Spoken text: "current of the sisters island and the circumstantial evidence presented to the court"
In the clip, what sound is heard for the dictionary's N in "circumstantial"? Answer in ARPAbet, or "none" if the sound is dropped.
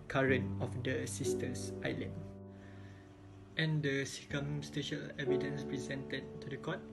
none